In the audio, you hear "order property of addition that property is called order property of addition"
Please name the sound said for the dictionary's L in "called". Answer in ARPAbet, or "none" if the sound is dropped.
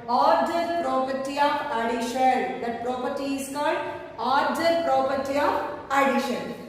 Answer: L